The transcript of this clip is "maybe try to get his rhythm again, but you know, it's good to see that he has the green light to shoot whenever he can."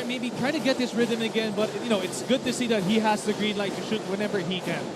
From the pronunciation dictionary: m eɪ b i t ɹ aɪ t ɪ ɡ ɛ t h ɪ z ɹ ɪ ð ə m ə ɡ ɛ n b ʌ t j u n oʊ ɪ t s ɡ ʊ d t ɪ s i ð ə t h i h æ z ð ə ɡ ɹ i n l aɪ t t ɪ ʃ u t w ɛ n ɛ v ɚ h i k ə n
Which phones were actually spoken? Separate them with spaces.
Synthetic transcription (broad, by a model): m eɪ b i t ɹ aɪ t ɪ ɡ ɛ t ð ɪ s ɹ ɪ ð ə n ə ɡ ɛ n b ʌ t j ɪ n oʊ ɪ t s ɡ ʊ d t ɪ s i ð ə t h i h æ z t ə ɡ ɹ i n l aɪ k t ɪ ʃ u t w ɛ n ɛ v ɚ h i k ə n